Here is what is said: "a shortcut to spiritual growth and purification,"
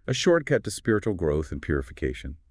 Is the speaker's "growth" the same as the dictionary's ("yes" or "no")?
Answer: yes